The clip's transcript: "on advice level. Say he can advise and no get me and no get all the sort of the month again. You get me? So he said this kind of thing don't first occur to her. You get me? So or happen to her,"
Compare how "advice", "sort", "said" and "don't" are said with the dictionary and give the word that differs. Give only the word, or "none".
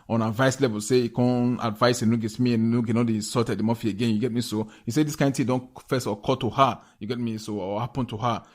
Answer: sort